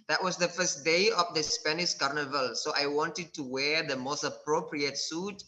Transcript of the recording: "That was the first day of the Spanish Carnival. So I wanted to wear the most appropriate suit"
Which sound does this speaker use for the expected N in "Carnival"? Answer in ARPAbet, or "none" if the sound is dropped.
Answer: N